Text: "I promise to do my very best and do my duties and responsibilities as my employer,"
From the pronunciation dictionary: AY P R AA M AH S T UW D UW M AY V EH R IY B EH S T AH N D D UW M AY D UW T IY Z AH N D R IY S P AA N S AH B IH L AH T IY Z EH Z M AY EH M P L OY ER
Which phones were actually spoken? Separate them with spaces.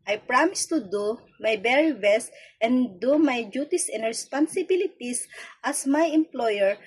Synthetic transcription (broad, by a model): AY P R AA M AH S T UW D UW M AY B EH R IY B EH S T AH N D D UW M AY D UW T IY S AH N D R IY S P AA N S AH B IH L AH T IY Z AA S M AY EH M P L OY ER